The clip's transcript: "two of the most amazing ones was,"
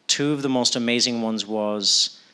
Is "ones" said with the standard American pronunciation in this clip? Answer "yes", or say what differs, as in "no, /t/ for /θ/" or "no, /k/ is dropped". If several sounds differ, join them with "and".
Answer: yes